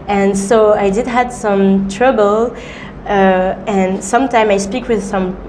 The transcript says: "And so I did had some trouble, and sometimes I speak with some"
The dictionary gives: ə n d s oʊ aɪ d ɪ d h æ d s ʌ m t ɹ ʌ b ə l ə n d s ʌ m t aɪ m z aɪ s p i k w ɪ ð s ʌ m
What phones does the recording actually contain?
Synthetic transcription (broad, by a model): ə n s oʊ aɪ d ɪ d h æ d s ʌ m t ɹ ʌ b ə l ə n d s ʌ m t aɪ m aɪ s p i k w ɪ ð s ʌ m